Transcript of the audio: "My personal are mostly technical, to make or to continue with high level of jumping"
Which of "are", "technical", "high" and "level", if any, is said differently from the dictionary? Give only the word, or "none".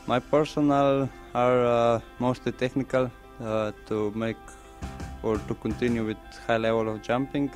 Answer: none